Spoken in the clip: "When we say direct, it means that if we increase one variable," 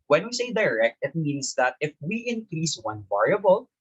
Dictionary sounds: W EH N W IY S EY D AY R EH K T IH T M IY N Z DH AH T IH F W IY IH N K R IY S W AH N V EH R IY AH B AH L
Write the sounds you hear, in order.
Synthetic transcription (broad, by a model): W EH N W IY S EY D AY R EH K T IH T M IY N S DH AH T IH F W IY IH N K R IY S W AH N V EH R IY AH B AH L